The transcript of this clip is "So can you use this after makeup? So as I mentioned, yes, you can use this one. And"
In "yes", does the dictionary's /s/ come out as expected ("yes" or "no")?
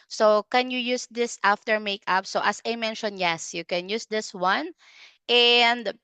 yes